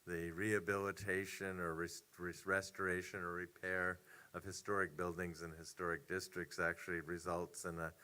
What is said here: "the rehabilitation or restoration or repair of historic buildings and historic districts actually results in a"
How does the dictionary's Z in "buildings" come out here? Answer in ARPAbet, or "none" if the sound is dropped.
Z